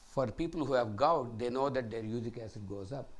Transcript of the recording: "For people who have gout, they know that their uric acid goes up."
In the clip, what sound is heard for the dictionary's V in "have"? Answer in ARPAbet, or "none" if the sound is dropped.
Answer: V